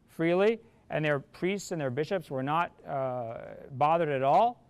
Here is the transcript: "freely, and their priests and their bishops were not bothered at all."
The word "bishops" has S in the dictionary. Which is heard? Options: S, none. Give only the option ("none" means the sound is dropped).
S